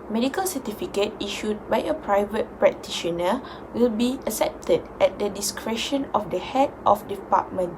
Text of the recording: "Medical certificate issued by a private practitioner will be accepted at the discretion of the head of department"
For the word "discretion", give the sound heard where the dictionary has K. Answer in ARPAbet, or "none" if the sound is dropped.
K